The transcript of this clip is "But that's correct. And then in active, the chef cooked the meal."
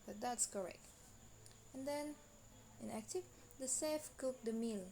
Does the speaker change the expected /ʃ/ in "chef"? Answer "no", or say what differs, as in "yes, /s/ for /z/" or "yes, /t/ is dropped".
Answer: yes, /s/ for /ʃ/